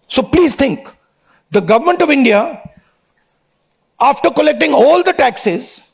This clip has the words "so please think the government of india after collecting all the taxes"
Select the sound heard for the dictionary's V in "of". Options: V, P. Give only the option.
V